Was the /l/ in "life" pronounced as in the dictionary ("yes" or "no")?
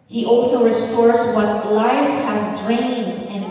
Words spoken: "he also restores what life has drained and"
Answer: yes